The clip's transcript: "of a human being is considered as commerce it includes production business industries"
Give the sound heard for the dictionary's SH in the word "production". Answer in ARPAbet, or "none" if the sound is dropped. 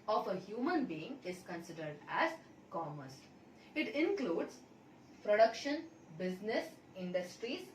SH